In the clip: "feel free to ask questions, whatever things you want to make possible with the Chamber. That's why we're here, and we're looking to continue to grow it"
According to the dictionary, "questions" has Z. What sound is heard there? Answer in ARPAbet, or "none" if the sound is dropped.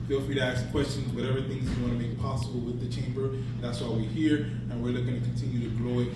Z